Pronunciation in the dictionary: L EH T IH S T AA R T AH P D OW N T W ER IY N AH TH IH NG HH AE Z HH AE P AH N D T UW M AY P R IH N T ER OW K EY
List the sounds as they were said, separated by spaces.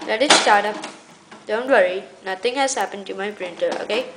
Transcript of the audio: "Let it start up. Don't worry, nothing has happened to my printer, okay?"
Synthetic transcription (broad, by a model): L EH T IH S T AA R T AH P D OW N T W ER IY N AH T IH NG HH AE Z HH AE P AH N D T UW M AY P R IH N T ER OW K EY